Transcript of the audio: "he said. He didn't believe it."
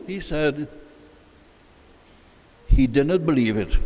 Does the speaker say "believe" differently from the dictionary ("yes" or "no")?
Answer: no